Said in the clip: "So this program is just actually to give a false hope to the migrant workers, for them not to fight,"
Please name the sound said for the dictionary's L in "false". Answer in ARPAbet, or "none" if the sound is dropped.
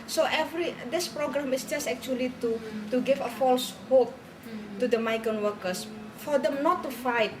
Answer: L